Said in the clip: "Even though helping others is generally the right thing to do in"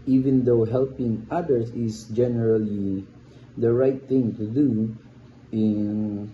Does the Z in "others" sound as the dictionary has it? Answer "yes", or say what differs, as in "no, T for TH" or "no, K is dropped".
no, S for Z